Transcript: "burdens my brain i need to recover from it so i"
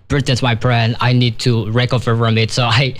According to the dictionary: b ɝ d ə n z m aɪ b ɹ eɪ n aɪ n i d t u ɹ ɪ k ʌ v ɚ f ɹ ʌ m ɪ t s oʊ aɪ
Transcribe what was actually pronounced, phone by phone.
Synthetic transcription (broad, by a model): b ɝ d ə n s m aɪ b ɹ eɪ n aɪ n i d t u ɹ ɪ k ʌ f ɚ f ɹ ʌ m ɪ t s oʊ aɪ